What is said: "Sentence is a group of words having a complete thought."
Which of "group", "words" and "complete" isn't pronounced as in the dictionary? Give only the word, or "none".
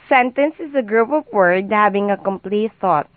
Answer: words